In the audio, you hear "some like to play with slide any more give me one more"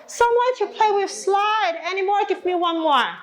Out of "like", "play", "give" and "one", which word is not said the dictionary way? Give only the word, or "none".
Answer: like